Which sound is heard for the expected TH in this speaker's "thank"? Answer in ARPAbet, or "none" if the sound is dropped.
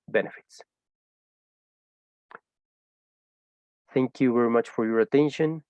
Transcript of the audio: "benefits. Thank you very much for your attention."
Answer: TH